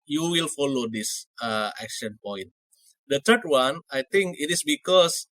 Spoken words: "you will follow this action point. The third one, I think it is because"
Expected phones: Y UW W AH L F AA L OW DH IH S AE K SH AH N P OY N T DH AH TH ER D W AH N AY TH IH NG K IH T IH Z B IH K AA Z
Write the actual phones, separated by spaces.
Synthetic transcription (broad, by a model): Y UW W AH L F AA L OW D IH S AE K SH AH N P OY N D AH T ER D W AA N AY T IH NG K IH T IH S B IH K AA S